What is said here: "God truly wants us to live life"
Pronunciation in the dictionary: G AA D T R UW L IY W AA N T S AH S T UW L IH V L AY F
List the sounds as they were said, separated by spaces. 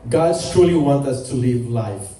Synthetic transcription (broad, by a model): G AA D T R UW L IY W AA N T AH S T UW L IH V L AY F